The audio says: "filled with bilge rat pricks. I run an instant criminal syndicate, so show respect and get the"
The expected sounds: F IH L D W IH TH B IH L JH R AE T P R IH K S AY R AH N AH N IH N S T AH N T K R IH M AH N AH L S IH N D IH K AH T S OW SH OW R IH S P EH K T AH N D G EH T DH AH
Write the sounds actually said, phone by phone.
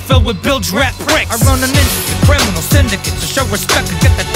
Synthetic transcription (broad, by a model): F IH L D W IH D B IH L JH R AE T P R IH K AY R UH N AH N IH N T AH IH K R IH M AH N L S IH N D IH K AH T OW SH OW R IH S P EH K T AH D G EH T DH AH